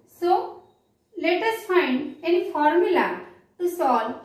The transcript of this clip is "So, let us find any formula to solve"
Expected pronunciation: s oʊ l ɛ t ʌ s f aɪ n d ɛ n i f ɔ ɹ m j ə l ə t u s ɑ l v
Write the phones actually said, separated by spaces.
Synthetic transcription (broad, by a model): s oʊ l ɛ t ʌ s f aɪ n d ɛ n i f ɔ ɹ m j ə l ə t u s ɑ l